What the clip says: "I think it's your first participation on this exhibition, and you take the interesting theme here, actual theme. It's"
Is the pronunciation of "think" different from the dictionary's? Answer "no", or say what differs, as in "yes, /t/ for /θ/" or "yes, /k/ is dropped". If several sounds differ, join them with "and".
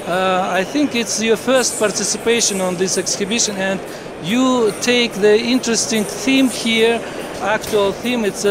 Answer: no